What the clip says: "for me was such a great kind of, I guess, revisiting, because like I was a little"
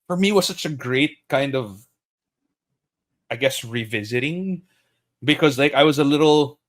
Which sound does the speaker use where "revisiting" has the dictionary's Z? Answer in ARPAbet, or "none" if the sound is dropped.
Z